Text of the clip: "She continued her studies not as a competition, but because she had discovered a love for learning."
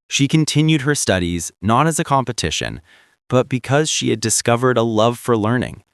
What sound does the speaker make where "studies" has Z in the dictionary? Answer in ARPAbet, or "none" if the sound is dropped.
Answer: Z